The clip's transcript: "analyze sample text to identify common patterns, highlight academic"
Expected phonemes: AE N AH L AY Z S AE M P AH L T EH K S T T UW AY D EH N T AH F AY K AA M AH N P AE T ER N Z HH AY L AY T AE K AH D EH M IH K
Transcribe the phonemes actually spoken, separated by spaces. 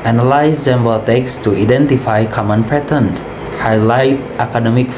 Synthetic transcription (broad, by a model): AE N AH L AY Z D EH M B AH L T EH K S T T UW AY D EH N T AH F AY K AA M AH N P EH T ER N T HH AY L AY T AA K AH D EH M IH K